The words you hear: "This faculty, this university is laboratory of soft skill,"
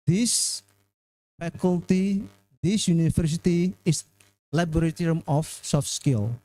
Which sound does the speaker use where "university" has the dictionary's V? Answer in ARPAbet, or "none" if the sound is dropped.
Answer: F